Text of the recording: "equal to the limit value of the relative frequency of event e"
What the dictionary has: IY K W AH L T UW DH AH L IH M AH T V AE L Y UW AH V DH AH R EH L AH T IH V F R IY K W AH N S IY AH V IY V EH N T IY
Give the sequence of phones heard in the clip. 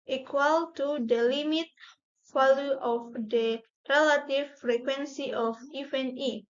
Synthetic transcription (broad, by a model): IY K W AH L T UW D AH L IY M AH T F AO L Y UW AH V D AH R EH L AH T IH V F R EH K W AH N S IY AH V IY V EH N IY